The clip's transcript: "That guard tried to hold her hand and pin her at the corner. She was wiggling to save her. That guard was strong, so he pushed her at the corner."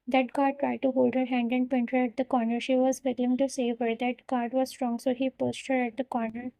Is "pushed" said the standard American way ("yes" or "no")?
no